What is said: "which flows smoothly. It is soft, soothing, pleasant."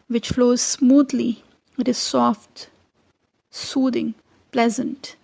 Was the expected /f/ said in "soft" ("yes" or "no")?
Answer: yes